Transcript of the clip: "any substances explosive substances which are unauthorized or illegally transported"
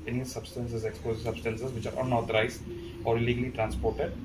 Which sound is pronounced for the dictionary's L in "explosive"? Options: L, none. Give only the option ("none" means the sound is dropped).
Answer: none